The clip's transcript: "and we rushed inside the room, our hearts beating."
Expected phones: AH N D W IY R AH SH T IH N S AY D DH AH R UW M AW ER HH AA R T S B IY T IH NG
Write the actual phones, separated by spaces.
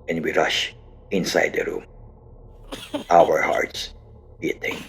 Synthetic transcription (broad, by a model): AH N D W IY R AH SH IH N S AY D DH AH R UW M AW ER HH AA R T S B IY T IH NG